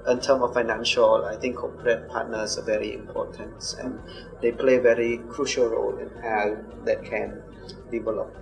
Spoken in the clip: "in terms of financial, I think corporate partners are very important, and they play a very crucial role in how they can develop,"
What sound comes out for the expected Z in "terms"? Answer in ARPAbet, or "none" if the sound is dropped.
none